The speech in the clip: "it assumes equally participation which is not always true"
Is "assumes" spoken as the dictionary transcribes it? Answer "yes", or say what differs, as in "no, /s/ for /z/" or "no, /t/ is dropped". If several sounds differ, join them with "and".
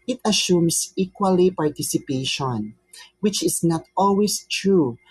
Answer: no, /s/ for /z/